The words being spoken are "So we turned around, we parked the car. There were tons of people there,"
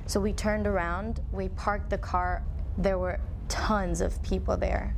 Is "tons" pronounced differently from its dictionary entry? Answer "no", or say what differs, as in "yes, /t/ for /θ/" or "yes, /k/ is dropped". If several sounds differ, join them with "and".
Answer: no